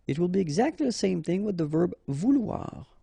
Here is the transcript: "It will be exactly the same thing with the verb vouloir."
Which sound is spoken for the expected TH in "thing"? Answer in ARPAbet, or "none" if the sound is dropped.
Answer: TH